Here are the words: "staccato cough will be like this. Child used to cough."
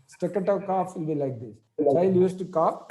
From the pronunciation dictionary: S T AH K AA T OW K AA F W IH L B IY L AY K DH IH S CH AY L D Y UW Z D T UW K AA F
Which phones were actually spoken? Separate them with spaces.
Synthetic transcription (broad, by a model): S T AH K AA T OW K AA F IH N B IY L AY K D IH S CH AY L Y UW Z T UW K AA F